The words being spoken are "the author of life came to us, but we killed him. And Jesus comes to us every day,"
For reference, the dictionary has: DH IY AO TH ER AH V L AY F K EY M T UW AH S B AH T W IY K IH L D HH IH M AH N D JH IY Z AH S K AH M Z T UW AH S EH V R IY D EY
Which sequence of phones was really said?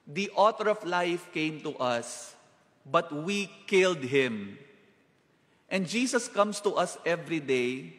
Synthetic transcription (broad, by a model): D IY AO T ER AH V L AY F K EY M T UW AH S B AH T W IY K IH L D HH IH M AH N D JH IY S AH S K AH M S T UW AH S EH V R IY D EY